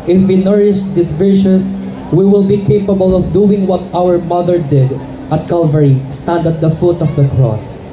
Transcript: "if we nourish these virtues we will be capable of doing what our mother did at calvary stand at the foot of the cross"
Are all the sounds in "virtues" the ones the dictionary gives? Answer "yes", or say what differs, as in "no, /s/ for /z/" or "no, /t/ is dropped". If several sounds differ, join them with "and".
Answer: no, /ʃ/ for /tʃ/ and /s/ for /z/